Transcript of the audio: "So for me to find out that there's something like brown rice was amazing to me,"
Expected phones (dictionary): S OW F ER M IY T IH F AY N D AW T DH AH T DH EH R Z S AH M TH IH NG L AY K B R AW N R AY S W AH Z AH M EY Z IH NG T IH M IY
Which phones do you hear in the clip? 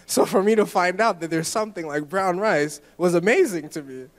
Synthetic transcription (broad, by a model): S OW F ER M IY T IH F AY N D AW T DH AH T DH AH R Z S AH M TH IH NG L AY K B R AW N R AY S W AH Z AH M EY Z IH NG T IH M IY